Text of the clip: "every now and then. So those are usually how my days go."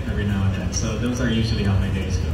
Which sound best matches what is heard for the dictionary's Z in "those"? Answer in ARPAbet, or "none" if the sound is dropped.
Z